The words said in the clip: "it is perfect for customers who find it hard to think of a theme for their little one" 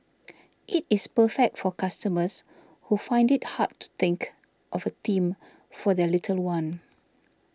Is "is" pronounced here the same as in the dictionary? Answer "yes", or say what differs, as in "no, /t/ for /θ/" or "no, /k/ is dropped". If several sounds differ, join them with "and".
no, /s/ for /z/